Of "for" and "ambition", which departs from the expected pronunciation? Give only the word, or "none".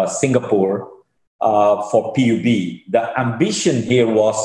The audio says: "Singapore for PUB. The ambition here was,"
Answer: none